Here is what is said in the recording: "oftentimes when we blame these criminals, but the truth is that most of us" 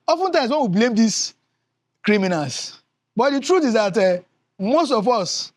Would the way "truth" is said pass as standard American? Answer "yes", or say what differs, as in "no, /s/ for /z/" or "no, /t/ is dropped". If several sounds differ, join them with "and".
no, /t/ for /θ/